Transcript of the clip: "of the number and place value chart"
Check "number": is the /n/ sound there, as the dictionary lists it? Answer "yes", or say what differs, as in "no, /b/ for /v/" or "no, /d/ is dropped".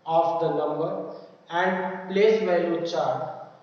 no, /l/ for /n/